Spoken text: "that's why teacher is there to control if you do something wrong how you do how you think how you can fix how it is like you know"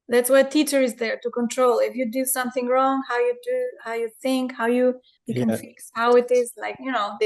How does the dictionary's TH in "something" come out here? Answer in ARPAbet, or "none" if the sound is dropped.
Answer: TH